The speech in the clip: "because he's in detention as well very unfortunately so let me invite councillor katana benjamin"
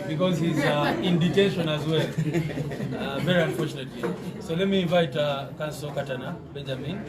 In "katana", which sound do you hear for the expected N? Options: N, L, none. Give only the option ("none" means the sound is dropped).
N